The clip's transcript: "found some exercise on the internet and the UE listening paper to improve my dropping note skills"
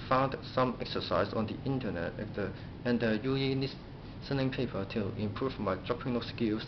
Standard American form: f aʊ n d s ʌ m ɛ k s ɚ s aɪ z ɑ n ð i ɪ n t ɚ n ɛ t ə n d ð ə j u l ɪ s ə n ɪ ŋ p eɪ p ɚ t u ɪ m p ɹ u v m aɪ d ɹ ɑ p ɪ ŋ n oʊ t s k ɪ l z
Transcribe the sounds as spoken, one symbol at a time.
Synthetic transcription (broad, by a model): f aʊ n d s ʌ m ɛ k s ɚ s aɪ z ɑ n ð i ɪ n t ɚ n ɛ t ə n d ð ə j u n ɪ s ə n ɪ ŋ p eɪ p ɚ t u ɪ m p ɹ u v m aɪ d ɹ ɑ p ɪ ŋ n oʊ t s k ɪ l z